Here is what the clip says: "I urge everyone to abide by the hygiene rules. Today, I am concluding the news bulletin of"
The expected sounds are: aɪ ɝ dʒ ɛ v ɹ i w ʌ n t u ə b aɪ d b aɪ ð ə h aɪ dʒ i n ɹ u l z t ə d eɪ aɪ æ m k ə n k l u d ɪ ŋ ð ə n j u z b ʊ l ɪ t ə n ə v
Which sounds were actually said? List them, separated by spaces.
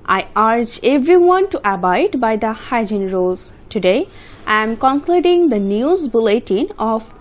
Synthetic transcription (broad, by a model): aɪ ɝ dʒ ɛ v ɹ i w ʌ n t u ə b aɪ d b aɪ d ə h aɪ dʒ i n ɹ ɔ z t ə d eɪ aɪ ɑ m k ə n k l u d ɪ ŋ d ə n j u z b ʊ l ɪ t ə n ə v